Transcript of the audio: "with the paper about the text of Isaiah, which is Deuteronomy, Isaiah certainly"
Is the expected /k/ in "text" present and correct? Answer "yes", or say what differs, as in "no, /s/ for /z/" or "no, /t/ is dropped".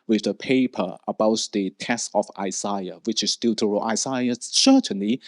no, /k/ is dropped